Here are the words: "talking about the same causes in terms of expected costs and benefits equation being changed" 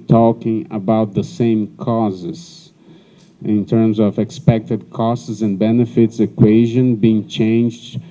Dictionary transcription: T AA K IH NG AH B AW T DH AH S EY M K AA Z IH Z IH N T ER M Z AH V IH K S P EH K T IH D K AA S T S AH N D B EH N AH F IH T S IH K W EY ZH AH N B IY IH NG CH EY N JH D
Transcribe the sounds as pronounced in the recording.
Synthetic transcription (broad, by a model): T AA K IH NG AH B AW T DH AH S EY M K AA Z IH Z IH N T ER M Z AH V IH K S P EH K T IH D K AA S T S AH N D B EH N AH F IH T S IH K W EY ZH AH N B IY IH NG CH EY N JH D